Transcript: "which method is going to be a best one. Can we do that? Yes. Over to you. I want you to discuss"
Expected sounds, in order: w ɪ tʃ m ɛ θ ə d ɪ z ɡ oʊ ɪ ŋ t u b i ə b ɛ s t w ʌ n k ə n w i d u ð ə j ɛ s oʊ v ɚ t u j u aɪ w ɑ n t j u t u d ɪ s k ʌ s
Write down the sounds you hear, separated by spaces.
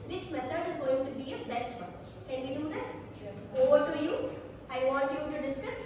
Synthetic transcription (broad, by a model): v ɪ tʃ m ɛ t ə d ɪ z ɡ oʊ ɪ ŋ t u b i ə b ɛ s t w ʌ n k ə n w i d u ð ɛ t oʊ v ɚ t u j u aɪ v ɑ n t j u t u d ɪ s k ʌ s